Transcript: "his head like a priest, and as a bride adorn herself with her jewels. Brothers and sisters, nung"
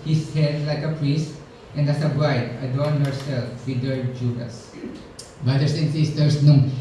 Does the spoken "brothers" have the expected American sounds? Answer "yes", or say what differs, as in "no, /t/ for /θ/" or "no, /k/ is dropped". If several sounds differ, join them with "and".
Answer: no, /s/ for /z/